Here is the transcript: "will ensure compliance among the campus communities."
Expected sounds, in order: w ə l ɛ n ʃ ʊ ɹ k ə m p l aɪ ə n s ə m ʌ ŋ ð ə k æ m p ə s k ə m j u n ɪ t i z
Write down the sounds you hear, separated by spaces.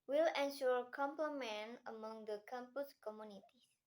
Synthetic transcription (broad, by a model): w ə l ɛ n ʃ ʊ ɹ k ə m p l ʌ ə n ə m ʌ ŋ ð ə k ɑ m p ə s k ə m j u n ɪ t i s